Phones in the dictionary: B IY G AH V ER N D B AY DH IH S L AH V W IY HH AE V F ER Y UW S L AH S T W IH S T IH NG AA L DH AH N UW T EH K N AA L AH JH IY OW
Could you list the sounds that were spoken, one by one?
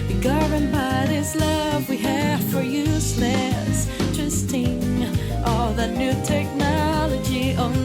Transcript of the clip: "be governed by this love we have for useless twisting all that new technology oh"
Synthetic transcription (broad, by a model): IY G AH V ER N B AY DH IH S L AH V W IY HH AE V F ER Y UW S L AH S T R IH S T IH NG AA L DH AH N UW T EH K N AA L AH JH IY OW